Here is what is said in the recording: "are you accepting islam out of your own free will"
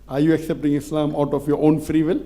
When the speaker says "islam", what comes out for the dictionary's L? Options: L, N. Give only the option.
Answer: L